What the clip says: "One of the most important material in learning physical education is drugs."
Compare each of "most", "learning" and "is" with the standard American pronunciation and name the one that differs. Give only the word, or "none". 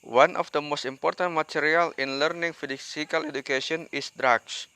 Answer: is